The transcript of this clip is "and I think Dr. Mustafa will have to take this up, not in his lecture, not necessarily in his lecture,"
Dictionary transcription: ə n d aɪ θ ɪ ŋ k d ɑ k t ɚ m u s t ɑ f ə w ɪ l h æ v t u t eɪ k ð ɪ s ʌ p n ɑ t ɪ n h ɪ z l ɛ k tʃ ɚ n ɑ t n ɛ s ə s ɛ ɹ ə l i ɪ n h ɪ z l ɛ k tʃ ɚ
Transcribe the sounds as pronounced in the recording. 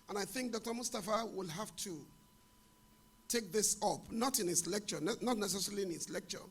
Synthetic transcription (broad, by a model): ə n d aɪ θ ɪ ŋ k d ɑ k t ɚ m u s t ɑ f ə w ɪ l h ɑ f t u t eɪ k ð ɪ s ʌ p n ɑ t ɪ n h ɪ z l ɛ k tʃ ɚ n ɑ t n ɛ s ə s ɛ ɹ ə l i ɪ n h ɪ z l ɛ k tʃ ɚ